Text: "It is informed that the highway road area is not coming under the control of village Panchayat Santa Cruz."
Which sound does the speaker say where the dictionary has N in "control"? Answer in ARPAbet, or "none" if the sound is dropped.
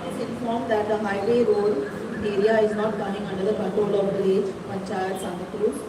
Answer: none